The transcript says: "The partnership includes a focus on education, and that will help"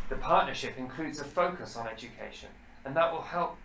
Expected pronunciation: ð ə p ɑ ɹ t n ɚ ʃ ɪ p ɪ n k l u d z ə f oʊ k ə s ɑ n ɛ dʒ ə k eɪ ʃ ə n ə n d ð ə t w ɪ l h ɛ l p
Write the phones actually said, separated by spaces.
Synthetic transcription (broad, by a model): ð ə p ɑ t n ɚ ʃ ɪ p ɪ n k l u d z ə f oʊ k ə s n ɛ dʒ ə k eɪ ʃ ə n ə n ð ə t w ɪ l h ɛ l p